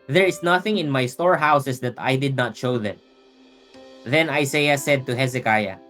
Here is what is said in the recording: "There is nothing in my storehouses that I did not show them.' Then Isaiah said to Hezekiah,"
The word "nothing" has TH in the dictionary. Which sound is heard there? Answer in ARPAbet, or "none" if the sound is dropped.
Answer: TH